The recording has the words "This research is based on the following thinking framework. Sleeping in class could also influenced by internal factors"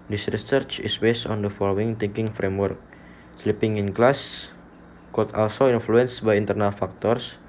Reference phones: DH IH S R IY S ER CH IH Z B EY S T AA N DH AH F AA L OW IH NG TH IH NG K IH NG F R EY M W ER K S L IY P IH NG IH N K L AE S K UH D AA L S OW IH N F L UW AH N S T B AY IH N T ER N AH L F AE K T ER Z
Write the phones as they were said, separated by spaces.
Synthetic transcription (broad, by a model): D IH S R IY S ER CH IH S B EY S T AA N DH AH F AA L OW IH NG T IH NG K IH NG F R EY M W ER K S L IY P IH NG IH N K L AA S K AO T AA L S OW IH N F L UW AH N S B AY IH N T ER N AH L F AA K T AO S